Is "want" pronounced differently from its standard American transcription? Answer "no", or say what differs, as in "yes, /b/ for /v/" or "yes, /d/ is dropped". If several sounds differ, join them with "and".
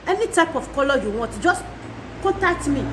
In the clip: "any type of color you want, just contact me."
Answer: yes, /n/ is dropped